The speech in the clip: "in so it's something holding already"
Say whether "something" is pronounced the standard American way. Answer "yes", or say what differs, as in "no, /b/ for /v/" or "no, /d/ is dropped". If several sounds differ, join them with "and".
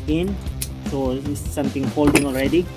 no, /t/ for /θ/